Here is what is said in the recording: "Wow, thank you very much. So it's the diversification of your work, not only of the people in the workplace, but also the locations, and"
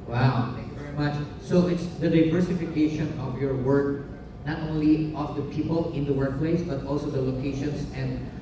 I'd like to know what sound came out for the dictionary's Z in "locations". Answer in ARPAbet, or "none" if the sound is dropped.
S